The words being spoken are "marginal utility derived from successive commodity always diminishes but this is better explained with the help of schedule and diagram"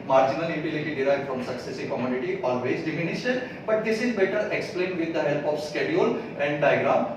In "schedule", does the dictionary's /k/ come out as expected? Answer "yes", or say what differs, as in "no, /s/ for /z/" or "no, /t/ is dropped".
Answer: yes